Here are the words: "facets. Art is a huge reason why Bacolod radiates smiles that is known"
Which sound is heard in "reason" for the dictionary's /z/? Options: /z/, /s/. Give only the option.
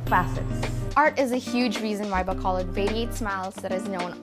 /z/